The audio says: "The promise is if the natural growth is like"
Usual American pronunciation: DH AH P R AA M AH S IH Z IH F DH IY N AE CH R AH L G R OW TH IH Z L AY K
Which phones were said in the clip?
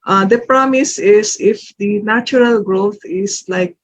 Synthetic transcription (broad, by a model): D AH P R AA M AH S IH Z IH F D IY N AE CH R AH L G R OW T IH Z L AY K